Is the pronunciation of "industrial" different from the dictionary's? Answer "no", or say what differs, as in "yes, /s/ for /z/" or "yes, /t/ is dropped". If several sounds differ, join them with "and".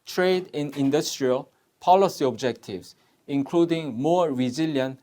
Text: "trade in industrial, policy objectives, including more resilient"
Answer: no